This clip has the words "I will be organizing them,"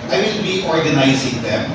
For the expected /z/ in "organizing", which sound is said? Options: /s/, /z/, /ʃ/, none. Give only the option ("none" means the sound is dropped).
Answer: /z/